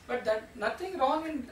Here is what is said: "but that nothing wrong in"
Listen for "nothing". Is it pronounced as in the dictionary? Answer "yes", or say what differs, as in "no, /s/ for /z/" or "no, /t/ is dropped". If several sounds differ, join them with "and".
no, /t/ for /θ/